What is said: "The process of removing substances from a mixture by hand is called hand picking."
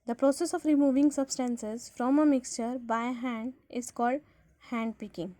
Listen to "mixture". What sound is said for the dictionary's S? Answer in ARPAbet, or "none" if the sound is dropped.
S